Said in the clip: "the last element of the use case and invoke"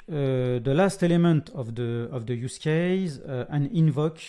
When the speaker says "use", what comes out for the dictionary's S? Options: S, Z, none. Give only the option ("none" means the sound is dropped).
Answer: S